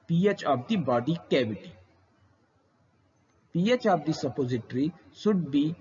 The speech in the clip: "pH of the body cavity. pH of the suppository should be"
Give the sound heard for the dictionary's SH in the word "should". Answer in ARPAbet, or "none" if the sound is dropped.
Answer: S